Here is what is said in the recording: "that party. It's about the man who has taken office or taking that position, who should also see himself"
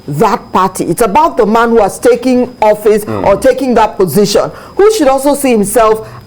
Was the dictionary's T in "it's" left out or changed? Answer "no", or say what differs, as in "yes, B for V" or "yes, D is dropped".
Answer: no